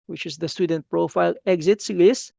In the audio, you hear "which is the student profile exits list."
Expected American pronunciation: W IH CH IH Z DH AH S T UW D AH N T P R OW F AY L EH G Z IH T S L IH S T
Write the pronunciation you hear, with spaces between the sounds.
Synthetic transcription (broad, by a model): W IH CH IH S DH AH S T UW D AH N T P R OW F AY L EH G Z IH T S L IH S